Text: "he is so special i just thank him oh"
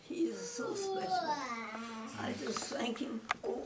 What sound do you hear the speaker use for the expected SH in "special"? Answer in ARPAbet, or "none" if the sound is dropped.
none